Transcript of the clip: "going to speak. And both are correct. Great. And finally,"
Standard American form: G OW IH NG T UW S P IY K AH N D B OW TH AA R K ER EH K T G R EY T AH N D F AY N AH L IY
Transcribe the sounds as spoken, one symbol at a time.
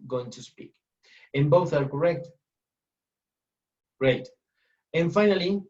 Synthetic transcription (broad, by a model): G OW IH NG T UW S P IY K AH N B OW TH AA R K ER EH K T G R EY T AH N F AY N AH L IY